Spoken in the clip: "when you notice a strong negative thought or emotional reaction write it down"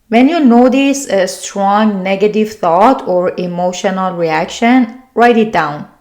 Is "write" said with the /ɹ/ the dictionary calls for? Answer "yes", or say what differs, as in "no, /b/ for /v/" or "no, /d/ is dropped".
yes